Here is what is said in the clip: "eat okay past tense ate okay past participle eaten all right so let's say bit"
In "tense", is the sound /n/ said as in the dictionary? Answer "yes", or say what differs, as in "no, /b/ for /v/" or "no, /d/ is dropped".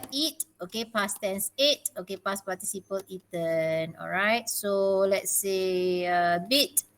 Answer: yes